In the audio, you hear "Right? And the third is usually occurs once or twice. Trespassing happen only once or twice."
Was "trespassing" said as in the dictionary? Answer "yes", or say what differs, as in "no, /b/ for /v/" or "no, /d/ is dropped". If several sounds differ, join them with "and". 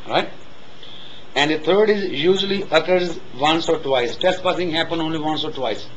no, /ɹ/ is dropped